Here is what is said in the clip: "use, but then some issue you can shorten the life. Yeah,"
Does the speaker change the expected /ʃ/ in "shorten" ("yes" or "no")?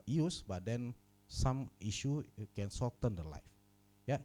yes